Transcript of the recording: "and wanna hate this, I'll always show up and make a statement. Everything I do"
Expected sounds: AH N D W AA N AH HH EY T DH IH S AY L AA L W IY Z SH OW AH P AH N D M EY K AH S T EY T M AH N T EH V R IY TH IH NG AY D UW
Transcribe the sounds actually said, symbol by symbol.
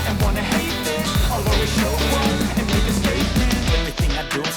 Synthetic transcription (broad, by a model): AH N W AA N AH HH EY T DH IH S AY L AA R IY SH OW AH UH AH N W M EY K AH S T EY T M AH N EH V R IY TH IH NG AY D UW